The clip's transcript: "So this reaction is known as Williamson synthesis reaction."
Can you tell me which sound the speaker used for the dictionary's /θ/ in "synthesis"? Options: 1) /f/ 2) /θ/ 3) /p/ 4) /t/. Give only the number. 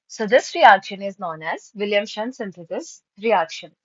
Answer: 4